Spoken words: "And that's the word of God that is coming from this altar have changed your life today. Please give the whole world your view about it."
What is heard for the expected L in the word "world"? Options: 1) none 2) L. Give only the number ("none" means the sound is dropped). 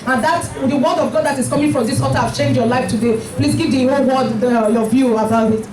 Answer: 1